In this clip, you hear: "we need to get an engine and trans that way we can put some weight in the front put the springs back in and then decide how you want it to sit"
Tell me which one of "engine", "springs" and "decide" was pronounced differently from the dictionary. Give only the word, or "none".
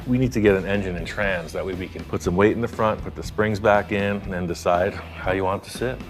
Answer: none